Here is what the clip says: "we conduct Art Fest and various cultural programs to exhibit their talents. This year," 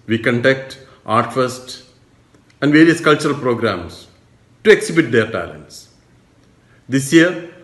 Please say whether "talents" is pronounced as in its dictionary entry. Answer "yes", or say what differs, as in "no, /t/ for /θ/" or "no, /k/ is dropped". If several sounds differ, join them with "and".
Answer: yes